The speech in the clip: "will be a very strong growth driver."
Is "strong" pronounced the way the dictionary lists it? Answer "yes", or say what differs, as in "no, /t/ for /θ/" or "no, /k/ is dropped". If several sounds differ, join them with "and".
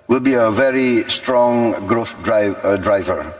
yes